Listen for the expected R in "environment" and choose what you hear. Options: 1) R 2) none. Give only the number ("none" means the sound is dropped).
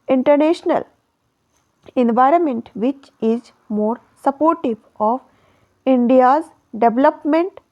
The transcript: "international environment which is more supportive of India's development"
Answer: 1